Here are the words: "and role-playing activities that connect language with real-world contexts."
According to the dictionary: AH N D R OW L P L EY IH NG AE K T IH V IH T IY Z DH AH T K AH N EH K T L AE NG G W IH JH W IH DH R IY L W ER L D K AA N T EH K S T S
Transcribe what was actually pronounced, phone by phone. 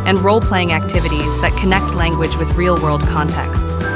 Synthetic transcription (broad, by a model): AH N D R OW L P L EY IH NG AE K T IH V IH T IY Z DH AH T K AH N EH K T L AE NG G W IH JH W IH DH R IY L W ER L D K AA N T EH K S T S